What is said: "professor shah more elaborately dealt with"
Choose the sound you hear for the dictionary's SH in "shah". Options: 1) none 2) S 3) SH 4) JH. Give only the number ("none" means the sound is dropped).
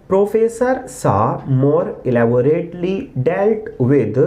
2